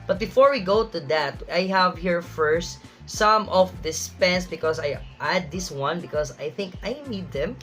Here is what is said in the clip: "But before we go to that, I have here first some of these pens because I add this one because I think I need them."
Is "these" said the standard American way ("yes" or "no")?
no